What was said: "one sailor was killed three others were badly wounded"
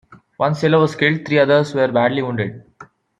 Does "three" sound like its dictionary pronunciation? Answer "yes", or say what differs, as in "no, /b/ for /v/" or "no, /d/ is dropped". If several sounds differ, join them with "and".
no, /t/ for /θ/